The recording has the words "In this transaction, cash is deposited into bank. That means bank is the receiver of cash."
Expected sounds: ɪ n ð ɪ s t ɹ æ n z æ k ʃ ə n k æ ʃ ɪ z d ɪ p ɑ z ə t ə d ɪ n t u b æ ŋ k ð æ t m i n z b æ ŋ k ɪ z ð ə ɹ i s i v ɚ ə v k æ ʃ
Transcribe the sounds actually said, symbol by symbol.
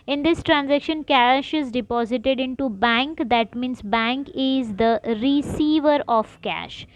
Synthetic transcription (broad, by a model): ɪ n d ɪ s t ɹ æ n z æ k ʃ ə n k æ ʃ ɪ z d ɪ p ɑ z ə t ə d ɪ n t u b æ ŋ k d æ t m i n s b æ ŋ k ɪ z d ə ɹ i s i v ɚ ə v k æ ʃ